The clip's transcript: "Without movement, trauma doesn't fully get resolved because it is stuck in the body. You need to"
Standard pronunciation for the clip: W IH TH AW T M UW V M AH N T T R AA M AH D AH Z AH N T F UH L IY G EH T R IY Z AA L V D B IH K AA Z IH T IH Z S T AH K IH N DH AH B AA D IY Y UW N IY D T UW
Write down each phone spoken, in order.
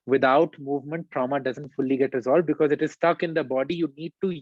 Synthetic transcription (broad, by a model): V IH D AW T M UW V M AH N T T R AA M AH D AH Z AH N T F UH L IY G EH T R IY Z AA L V D B IH K AA Z IH T IH Z S T AH K IH N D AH B AA D IY Y UW N IY D T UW